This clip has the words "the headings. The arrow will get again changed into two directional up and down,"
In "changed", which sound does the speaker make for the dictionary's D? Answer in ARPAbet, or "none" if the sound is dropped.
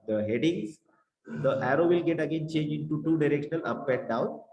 none